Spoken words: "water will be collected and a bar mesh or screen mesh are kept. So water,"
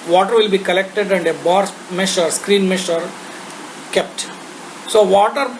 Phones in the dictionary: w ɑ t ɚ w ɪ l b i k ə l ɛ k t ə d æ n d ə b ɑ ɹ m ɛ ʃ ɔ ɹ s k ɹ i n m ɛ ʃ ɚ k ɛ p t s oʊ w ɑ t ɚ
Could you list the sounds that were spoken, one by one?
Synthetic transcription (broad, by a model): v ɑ t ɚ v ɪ l b i k ə l ɛ k t ə d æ n d ə b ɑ ɹ m ɛ ʃ ɔ ɹ s k ɹ i n m ɛ ʃ ɚ k ɛ p t s oʊ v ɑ t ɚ